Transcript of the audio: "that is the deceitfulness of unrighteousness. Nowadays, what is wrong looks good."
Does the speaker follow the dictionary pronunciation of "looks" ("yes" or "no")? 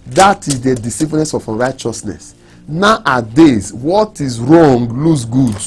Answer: no